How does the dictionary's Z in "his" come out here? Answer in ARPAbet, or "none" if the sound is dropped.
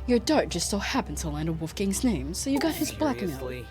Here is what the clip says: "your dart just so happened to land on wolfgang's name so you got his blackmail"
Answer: Z